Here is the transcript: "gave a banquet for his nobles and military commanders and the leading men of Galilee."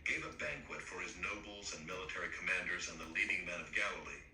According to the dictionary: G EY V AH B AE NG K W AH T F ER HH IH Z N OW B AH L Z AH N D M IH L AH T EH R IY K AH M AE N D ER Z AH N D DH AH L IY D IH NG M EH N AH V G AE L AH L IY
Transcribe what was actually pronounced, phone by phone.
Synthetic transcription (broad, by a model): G EY V AH B AE NG K W AH T F ER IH Z N OW B L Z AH N M IH L AH T EH R IY K AH M AE N D ER Z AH N DH AH L IY D IH NG M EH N AH V G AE L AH L IY